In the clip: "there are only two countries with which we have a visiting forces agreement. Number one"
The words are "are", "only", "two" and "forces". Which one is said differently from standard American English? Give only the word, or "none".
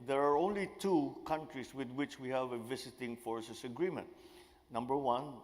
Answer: forces